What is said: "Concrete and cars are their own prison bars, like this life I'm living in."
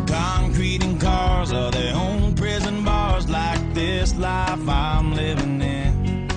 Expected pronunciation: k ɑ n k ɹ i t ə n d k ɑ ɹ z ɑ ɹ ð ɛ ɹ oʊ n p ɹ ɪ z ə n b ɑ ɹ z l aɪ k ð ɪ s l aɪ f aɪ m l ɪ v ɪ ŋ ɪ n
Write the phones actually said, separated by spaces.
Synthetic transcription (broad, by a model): k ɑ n k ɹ i t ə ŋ k ɑ ɹ z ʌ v ð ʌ ɹ oʊ n p ɹ ɪ z ə n b ɑ ɹ z l aɪ k ð ɪ s l aɪ f aɪ m l ɪ v ɪ ŋ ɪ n